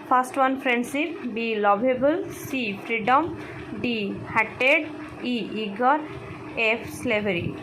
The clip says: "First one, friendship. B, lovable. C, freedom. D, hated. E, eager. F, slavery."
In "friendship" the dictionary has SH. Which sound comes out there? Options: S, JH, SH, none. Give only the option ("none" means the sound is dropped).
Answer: S